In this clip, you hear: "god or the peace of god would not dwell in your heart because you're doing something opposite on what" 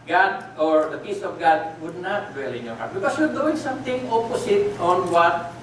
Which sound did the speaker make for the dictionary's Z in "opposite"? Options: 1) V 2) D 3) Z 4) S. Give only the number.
4